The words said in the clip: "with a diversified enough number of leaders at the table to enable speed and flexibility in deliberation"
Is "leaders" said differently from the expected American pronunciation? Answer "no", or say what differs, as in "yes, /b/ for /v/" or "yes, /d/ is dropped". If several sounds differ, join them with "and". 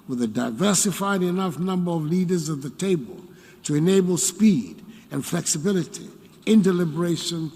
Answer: no